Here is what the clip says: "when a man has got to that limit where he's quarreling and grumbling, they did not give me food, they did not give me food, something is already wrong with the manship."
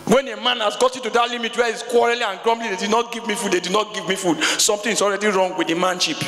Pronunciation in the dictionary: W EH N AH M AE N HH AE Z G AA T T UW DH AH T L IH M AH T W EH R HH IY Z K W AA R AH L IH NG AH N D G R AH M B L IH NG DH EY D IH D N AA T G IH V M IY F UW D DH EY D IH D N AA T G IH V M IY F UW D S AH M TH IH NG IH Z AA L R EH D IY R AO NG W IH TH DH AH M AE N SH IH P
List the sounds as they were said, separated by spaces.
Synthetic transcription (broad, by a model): W EH N AH M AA N HH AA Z G AA T T UW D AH T L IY M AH T W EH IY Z K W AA R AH L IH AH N G R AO M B L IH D EY D IH D N AA T G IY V M IY F UW D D EY D IH D N AA T G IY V M IY F UW D S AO M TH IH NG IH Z AA L R EH D IY R AO NG W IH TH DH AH M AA N SH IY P